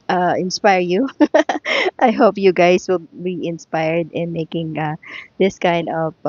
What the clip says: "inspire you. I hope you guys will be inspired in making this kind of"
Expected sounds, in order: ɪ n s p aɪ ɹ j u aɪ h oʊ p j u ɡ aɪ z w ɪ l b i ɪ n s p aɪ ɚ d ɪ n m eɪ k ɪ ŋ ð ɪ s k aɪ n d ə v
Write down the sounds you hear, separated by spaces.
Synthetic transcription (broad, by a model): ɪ n s p aɪ ɹ j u aɪ h oʊ p j u ɡ aɪ s w ɪ l b i ɪ n s p aɪ ɚ d ɪ n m eɪ k ɪ ŋ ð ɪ s k aɪ n d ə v